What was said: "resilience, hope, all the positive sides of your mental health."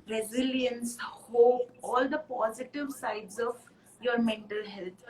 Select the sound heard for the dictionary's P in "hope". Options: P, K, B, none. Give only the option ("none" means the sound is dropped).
none